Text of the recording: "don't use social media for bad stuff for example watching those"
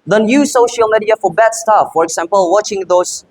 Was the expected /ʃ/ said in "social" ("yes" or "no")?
yes